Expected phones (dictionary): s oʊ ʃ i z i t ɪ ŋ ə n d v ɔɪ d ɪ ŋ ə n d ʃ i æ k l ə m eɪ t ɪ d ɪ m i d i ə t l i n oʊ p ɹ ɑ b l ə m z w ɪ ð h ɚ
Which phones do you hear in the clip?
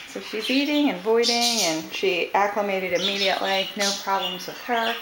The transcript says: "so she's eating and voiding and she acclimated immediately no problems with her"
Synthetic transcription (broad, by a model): s oʊ ʃ i z i t ɪ ŋ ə n v ɔɪ d ɪ ŋ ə n ʃ i æ k l ə m eɪ t ɪ d ɪ m i d i ə t l i n oʊ p ɹ ɑ b l ə m z w ɪ ð h ɚ